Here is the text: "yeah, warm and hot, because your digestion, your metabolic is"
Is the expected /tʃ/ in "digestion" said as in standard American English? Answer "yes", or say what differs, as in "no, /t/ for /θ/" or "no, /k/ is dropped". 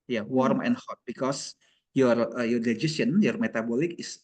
no, /tʃ/ is dropped